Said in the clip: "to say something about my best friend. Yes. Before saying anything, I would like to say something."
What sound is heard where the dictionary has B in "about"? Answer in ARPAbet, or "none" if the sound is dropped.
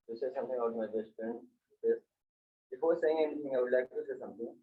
none